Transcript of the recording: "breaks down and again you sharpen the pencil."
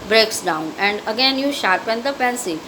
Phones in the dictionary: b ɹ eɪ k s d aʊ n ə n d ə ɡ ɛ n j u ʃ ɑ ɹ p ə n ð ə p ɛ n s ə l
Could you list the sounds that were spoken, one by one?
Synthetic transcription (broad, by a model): b ɹ eɪ k s d aʊ n ə n d ə ɡ ɛ n j u ʃ ɑ ɹ p ə n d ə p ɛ n s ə